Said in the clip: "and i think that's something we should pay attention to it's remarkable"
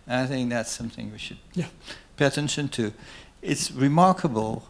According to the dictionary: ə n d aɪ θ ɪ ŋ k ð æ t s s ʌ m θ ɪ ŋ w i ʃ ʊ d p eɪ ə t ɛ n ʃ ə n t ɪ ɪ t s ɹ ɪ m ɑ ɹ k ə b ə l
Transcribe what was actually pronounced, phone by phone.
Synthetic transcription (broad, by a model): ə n aɪ θ ɪ ŋ k ð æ t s s ʌ m θ ɪ ŋ w i ʃ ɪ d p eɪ ə t ɛ n ʃ ə n t ɪ ɪ t s ɹ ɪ m ɑ ɹ k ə b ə l